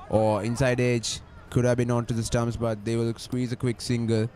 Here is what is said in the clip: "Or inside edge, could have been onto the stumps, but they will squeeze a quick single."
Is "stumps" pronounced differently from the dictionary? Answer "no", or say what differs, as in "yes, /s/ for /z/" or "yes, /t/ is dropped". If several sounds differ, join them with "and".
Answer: yes, /p/ is dropped